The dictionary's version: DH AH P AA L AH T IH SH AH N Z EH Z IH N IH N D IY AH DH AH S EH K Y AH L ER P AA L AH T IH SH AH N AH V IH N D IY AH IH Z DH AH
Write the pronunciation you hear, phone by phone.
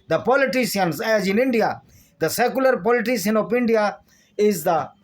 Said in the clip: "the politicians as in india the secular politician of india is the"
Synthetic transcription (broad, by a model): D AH P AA L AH T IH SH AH N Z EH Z IH N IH N D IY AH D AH S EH K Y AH L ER P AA L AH T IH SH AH N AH P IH N D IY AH IH Z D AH